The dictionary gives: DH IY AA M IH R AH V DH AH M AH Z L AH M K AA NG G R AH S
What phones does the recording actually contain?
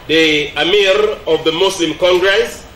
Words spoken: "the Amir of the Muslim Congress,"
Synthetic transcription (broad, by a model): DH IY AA M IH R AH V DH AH M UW S L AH M K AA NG G R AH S